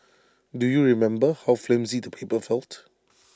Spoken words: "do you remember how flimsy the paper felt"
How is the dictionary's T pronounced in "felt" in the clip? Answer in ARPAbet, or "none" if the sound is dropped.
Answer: T